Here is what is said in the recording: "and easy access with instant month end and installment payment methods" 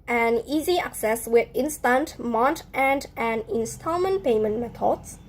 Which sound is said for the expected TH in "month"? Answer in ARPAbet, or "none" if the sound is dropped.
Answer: T